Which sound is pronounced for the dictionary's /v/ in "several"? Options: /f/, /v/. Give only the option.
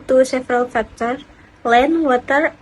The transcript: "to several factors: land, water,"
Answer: /f/